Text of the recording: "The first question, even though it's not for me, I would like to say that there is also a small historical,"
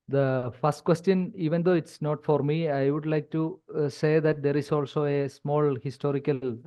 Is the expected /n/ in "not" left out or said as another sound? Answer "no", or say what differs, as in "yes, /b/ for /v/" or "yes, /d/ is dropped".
no